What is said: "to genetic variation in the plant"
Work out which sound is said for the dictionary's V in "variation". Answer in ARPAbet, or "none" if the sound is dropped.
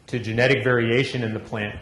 V